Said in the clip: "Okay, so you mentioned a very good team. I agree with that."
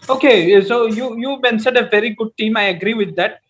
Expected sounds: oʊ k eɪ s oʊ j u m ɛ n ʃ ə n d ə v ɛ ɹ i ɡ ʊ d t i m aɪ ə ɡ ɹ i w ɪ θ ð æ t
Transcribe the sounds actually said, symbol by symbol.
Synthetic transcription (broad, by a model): oʊ k eɪ s oʊ j u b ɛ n s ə d ə v ɛ ɹ i ɡ ʊ d t i m aɪ ə ɡ ɹ i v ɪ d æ t